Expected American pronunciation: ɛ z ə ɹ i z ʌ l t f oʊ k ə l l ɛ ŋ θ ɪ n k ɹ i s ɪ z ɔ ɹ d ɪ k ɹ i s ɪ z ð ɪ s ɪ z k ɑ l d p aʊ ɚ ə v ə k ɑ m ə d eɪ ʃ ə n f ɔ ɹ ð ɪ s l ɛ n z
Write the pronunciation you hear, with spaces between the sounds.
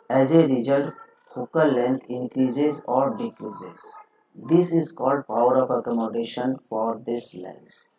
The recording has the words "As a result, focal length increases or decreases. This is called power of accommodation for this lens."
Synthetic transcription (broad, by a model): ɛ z ə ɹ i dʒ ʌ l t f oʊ k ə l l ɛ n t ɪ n k ɹ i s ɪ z ɔ ɹ d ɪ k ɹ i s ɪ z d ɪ s ɪ z k ɑ l d p aʊ ɚ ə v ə k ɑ m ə d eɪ ʃ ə n f ɔ ɹ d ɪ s l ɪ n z